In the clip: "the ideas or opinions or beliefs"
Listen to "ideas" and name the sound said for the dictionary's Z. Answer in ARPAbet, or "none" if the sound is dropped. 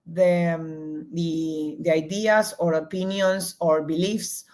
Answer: S